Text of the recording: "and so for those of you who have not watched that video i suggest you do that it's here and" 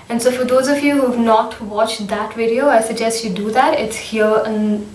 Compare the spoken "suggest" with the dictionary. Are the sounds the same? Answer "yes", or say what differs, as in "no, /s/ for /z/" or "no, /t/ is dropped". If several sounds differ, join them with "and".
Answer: yes